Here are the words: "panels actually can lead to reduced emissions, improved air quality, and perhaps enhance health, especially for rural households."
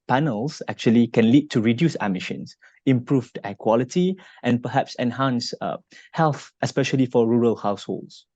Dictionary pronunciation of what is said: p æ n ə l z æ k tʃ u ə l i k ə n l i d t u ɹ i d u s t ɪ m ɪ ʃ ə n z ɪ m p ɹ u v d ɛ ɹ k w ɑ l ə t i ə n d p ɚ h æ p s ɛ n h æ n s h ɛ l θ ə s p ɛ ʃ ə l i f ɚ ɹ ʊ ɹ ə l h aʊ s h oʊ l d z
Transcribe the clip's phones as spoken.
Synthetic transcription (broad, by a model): p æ n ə l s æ k tʃ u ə l i k ə n l i d t u ɹ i d u s ɪ m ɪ ʃ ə n s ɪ m p ɹ u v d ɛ k w ɑ l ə t i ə n p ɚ h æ p s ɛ n h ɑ n s h ɛ l θ ə s p ɛ ʃ ə l i f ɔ ɹ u ɹ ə l h aʊ s h oʊ l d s